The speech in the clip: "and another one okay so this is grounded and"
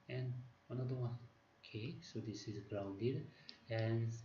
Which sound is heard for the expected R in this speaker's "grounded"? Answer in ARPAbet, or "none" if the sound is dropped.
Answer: R